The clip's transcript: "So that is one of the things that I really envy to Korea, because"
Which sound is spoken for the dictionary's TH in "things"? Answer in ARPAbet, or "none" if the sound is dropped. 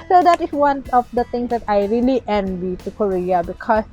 T